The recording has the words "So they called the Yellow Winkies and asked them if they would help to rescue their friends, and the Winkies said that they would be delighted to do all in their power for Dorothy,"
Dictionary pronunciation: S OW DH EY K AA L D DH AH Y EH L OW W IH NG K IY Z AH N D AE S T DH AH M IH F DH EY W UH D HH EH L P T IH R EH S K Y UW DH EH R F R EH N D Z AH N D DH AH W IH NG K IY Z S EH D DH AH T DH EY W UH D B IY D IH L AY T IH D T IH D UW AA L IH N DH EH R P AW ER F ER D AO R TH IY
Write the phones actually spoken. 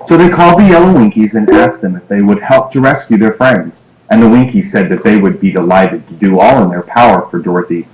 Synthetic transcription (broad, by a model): S OW DH EY K AA L D DH AH Y EH L OW W IH NG K IY Z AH N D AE S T DH AH M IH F DH EY W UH D HH EH L P T IH R EH S K Y UW DH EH R F R EH N D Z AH N DH AH W IH NG K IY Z S EH D DH AH T DH EY W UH D B IY D IH L AY T IH D T IH D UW AA L IH N DH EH R P AW ER F ER D AO R TH IY